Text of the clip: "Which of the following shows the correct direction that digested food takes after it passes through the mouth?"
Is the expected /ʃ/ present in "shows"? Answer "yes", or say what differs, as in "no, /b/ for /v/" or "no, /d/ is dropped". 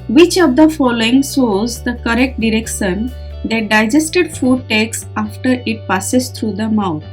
no, /s/ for /ʃ/